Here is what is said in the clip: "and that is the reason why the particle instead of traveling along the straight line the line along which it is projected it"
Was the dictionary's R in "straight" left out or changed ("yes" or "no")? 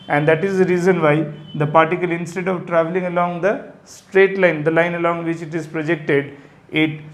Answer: no